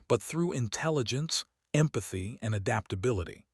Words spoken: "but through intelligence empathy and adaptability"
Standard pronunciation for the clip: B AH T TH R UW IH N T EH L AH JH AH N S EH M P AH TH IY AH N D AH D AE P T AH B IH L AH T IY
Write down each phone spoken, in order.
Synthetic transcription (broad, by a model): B AH T TH R UW IH N T EH L AH JH AH N S EH M P AH TH IY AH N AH D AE P T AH B IH L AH T IY